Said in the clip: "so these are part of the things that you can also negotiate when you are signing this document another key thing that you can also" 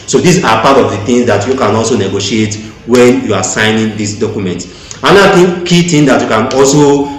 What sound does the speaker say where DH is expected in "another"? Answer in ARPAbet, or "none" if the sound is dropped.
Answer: none